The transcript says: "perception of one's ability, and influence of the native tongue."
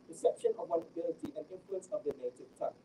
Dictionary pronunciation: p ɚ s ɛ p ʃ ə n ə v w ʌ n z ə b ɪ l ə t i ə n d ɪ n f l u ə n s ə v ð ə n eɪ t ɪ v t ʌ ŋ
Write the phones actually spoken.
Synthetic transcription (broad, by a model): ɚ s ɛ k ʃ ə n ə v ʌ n ə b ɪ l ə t i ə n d ɪ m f l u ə n s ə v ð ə n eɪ t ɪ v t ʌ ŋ